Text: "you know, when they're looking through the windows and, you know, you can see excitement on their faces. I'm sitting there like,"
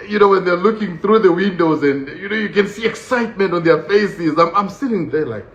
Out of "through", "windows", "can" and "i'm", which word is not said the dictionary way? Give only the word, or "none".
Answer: none